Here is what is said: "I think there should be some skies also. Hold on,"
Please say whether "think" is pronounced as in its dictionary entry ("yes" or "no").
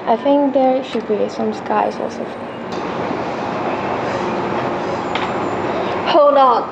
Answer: yes